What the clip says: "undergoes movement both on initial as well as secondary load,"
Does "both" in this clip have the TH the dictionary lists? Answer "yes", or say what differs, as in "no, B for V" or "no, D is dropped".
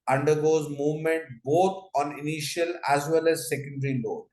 no, T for TH